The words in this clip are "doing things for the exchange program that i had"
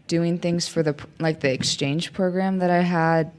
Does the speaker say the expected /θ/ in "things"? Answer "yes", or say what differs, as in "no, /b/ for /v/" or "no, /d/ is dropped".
yes